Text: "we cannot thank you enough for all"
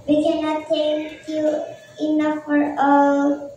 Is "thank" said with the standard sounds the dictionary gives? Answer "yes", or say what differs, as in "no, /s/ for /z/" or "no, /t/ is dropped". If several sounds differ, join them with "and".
no, /s/ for /θ/